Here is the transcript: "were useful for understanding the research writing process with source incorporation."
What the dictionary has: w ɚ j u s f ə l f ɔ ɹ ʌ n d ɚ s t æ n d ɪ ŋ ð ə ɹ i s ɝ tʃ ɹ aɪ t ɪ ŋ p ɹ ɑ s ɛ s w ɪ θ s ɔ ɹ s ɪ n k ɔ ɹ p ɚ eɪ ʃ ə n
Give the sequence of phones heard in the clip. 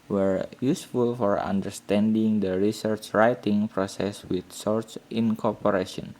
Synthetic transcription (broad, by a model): w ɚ j u s f ə l f ɔ ɹ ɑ n d ɚ s t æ n d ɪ ŋ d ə ɹ i s ɝ tʃ ɹ aɪ t ɪ ŋ p ɹ ɑ s ɛ s w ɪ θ s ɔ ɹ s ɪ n k ɔ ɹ p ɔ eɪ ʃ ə n